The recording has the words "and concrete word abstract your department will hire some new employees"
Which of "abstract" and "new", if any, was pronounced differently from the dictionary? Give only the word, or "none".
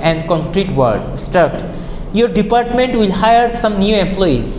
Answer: abstract